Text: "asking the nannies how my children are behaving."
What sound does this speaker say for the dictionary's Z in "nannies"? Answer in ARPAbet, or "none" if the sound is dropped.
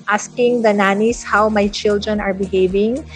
S